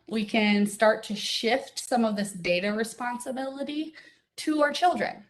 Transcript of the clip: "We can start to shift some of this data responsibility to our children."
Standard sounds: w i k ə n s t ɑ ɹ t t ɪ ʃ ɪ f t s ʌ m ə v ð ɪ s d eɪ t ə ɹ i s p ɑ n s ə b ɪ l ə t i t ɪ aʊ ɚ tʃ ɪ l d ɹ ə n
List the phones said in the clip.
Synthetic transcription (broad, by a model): w i k ə n s t ɑ ɹ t t ɪ ʃ ɪ f t s ʌ m ə v ð ɪ s d eɪ t ə ɹ i s p ɑ n s ə b ɪ l ə t i t ɪ aʊ ɚ tʃ ɪ l d ɹ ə n